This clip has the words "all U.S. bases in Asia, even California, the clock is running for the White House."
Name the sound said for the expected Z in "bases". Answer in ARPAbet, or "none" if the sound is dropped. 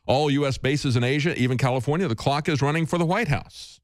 Z